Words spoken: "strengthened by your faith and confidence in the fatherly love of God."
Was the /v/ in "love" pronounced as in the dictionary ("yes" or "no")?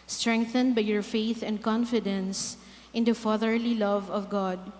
yes